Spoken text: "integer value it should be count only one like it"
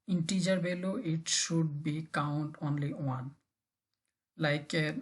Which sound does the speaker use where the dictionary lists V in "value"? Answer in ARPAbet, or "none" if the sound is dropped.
B